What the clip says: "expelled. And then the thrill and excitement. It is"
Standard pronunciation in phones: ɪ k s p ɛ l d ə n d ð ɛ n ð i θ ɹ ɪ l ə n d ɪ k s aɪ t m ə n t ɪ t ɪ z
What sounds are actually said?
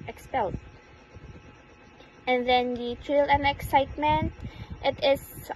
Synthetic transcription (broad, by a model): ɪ k s p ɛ l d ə n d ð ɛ n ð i t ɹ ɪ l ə n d ɪ k s aɪ t m ə n t ɪ t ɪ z